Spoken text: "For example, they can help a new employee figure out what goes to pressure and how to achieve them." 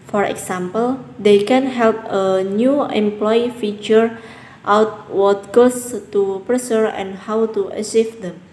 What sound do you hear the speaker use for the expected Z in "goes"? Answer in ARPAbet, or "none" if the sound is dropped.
S